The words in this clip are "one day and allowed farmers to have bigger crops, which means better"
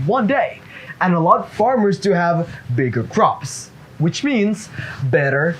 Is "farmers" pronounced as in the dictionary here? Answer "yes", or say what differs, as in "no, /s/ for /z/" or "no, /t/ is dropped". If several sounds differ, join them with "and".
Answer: yes